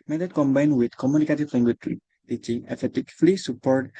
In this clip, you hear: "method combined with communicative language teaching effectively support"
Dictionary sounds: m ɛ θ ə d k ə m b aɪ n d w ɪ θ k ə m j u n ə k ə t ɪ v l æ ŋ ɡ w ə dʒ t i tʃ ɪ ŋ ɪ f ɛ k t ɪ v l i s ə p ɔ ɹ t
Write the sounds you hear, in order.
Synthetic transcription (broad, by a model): m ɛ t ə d k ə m b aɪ n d w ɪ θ k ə m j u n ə k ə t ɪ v l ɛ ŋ ɡ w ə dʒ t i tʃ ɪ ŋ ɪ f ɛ t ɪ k l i s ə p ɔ ɹ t